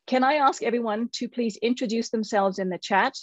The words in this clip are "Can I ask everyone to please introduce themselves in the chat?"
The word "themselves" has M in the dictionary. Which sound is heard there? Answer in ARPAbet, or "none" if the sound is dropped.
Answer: M